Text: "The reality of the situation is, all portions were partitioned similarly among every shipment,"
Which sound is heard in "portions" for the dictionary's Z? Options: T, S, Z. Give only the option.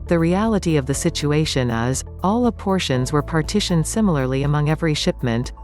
Z